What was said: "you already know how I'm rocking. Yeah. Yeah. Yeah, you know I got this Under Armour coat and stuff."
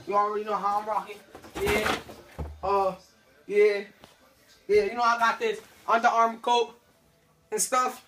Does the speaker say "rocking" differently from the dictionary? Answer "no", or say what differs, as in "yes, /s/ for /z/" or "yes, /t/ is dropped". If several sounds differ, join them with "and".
no